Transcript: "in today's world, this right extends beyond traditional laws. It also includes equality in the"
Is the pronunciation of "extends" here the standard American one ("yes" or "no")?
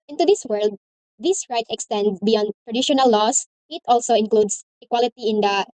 no